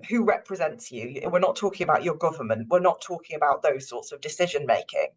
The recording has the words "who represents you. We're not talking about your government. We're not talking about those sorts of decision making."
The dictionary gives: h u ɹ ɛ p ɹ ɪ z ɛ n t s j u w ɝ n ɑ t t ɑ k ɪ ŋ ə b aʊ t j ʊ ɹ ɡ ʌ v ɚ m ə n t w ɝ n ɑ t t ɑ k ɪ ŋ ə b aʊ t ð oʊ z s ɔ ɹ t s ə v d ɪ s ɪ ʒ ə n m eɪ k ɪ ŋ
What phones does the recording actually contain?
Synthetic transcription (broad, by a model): h u ɹ ɛ p ɹ ɪ z ɛ n t s j u w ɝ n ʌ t t ɑ k ɪ ŋ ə b aʊ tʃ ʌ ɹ ɡ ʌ v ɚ m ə n t w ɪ n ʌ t t ɑ k ɪ ŋ ə b aʊ t ð oʊ z s ɔ t s ə v d ɪ s ɪ ʒ ə n m eɪ k ɪ ŋ